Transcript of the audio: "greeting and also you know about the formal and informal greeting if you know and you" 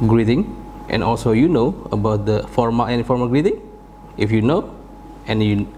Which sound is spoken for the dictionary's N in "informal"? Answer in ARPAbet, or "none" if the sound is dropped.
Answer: none